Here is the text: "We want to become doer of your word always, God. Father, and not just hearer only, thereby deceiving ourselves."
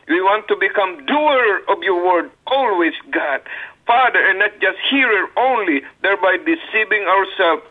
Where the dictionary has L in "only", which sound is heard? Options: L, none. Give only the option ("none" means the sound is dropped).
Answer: L